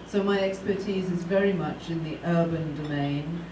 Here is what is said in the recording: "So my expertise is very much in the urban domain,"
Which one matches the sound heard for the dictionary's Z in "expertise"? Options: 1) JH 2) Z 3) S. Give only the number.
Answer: 2